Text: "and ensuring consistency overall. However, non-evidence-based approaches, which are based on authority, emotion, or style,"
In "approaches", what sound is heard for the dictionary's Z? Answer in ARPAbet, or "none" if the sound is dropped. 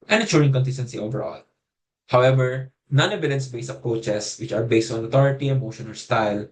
S